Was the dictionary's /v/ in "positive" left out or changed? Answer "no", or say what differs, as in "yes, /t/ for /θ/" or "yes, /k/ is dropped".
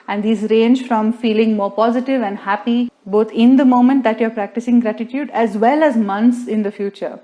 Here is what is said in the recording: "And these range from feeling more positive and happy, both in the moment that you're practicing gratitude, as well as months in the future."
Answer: no